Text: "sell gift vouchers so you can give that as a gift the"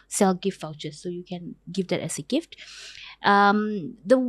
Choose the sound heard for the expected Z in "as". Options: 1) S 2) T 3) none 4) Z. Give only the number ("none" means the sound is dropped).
1